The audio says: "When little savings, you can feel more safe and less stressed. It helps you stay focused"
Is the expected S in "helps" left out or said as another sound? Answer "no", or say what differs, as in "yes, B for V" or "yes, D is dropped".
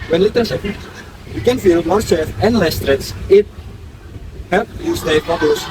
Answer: yes, S is dropped